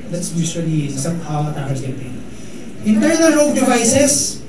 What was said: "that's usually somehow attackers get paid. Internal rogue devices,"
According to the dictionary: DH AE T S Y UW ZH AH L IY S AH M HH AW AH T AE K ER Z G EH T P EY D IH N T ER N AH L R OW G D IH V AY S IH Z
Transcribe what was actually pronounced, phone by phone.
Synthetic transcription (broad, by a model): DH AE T S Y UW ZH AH L IY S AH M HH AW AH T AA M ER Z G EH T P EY IH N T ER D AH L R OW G D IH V AY S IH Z